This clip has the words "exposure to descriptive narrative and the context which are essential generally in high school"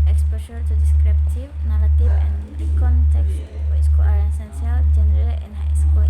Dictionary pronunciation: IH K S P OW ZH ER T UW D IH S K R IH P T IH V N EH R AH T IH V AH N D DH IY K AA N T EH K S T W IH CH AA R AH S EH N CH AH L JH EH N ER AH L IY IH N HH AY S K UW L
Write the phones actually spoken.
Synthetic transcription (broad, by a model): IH K S P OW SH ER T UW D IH S K R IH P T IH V N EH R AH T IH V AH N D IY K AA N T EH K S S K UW AA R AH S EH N S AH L JH EH N ER AH L IY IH N HH AY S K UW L